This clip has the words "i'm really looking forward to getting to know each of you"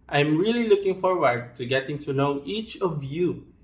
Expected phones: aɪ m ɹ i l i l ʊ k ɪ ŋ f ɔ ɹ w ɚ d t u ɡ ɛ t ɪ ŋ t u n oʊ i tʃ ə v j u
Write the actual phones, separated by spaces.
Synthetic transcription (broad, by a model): aɪ m ɹ i l i l ʊ k ɪ ŋ f ɔ ɹ w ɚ d t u ɡ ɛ t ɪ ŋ t u l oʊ i tʃ ə v j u